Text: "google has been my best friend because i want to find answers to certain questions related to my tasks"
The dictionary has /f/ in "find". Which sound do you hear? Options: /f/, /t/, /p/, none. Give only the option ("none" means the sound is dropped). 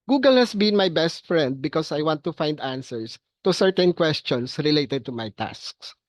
/f/